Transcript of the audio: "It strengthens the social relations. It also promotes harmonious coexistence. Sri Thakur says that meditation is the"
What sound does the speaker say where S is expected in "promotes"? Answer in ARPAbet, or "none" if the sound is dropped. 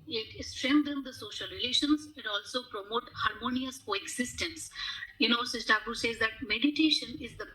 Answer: none